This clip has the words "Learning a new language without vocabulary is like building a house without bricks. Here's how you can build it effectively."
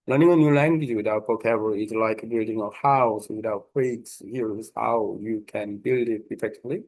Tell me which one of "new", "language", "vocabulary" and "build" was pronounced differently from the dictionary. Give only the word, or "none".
vocabulary